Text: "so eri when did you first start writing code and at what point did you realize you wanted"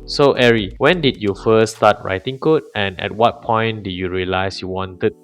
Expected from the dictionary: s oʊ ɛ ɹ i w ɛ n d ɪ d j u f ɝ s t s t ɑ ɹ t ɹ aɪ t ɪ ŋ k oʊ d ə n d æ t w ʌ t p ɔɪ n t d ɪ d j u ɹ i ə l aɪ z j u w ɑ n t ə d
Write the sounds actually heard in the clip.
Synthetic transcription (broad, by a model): s oʊ ɛ ɹ i w ɛ n d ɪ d j u f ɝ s s t ɑ t ɹ aɪ t ɪ ŋ k oʊ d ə n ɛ t w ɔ t p ɔɪ n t d ɪ d j u ɹ i ə l aɪ s j u w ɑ n t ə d